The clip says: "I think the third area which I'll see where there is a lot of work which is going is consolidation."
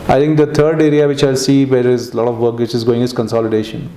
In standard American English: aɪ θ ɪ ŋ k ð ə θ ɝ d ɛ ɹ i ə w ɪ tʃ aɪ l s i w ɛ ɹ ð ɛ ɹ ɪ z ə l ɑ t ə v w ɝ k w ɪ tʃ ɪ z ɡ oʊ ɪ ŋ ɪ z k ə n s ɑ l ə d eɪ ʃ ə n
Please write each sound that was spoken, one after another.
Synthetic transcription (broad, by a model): aɪ t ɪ ŋ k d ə t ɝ d ɛ ɹ i ə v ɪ tʃ aɪ l s i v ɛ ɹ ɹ ɪ z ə l ɑ t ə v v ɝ k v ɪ tʃ ɪ z ɡ oʊ ɪ ŋ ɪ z k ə n s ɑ l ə d eɪ ʃ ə n